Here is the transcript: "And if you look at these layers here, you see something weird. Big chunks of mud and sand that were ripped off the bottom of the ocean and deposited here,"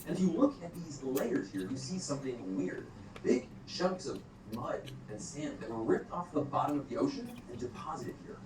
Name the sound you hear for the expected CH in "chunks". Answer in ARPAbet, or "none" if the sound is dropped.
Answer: SH